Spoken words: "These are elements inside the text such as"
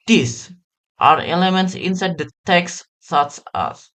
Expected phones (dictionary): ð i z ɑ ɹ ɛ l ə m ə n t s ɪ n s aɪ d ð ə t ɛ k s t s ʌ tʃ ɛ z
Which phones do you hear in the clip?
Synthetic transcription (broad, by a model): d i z ɑ ɹ ɛ l ə m ə n t s ɪ n s aɪ d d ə t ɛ k s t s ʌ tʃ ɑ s